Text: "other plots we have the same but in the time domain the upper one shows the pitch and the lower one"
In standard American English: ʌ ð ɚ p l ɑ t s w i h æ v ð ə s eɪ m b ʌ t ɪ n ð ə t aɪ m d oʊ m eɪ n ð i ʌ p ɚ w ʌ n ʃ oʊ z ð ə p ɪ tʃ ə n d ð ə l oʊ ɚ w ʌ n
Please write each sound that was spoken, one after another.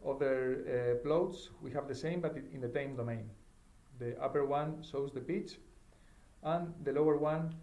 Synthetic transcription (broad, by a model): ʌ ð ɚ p l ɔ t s w i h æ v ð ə s eɪ m b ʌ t ɪ n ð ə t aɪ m d oʊ m eɪ n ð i ʌ p ɚ w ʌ n s oʊ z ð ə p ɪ tʃ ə n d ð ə l oʊ ɚ w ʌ n